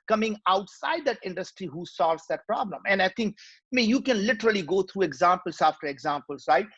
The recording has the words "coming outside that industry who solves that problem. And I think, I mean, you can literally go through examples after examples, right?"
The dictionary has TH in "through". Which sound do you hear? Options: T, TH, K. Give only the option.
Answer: T